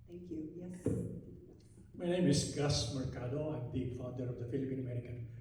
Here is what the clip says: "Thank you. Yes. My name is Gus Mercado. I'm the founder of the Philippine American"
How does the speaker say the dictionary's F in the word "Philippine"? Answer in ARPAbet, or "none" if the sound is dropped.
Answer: F